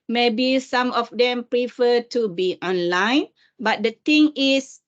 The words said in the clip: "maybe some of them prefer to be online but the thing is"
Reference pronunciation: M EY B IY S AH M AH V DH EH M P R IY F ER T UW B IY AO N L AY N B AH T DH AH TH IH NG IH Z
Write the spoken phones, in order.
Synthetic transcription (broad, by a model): M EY B IY S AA M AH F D EH M P R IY F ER T UW B IY AO N L AY N B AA T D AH T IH NG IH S